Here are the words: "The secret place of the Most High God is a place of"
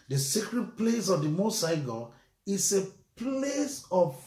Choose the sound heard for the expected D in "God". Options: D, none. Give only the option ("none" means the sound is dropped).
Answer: none